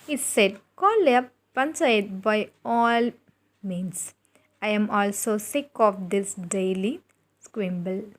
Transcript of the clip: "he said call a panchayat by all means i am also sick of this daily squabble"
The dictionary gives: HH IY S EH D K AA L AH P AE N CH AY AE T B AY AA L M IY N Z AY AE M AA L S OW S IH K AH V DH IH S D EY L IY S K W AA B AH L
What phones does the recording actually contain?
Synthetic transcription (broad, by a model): HH IY S EH D K AA L AH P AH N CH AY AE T B AY AA L M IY N S AY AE M AA L S OW S IH K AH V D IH S D EY L IY S K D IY B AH L